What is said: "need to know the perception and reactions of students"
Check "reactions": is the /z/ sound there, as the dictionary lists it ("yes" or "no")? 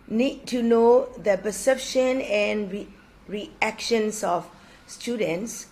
no